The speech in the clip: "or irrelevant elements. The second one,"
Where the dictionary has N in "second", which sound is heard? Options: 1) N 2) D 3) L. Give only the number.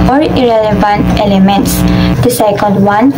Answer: 3